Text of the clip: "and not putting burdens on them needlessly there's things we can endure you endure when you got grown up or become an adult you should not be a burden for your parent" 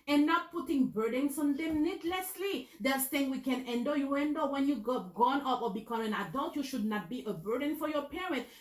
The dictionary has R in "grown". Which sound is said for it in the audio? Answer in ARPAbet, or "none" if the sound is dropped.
none